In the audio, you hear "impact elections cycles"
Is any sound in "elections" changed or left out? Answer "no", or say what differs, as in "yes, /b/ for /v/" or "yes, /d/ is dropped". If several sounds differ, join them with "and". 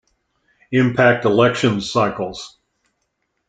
no